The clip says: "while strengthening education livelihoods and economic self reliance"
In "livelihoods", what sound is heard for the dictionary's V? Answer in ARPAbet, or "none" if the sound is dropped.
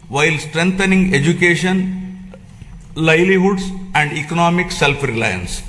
none